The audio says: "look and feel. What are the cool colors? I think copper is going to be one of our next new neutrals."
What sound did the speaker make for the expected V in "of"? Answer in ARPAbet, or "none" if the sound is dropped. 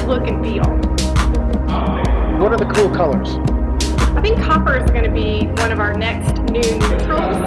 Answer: V